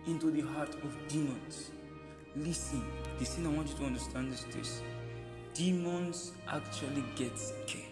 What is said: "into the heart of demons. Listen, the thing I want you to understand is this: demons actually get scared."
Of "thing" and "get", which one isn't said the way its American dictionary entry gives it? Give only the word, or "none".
thing